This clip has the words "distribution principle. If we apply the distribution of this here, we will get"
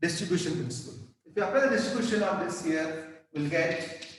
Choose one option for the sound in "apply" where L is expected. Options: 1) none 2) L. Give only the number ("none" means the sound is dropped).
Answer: 1